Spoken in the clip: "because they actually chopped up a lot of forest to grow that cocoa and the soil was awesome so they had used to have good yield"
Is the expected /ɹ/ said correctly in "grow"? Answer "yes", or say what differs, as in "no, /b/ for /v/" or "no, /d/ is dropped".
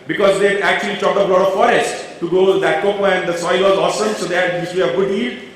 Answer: no, /ɹ/ is dropped